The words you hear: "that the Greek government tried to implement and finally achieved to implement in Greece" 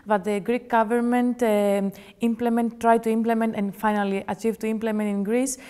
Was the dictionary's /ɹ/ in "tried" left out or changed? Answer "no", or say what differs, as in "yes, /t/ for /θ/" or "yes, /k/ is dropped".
no